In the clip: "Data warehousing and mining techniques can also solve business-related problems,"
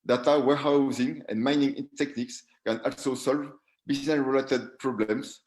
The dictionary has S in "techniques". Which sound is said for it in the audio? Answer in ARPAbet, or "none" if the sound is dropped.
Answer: S